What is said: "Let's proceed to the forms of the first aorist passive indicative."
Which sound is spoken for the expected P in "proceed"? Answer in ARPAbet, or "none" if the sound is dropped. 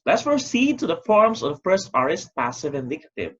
F